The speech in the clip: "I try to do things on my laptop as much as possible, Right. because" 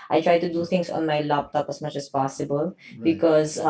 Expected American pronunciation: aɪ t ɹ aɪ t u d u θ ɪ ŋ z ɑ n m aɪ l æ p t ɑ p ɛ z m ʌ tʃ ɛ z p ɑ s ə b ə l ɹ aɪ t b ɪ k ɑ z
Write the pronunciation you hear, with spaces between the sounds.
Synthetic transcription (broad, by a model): aɪ t ɹ aɪ t u d u t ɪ ŋ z ɑ n m aɪ l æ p t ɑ p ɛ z m ʌ tʃ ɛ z p ɑ s ə b ə l b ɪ k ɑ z